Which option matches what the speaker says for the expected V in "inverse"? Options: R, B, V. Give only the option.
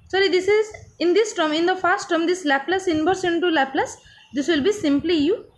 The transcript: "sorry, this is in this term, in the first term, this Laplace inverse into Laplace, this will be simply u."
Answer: B